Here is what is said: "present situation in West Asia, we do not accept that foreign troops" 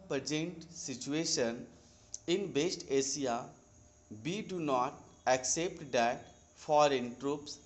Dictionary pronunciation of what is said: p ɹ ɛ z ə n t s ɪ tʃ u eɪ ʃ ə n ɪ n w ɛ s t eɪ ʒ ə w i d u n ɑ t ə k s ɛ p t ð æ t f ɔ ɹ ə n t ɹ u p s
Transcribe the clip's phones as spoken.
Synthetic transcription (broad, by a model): p ɹ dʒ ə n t s ɪ tʃ u eɪ ʃ ə n ɪ n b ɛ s t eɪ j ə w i d u n ɑ t ə k s ɛ p t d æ t f ɔ ɹ ə n t ɹ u p s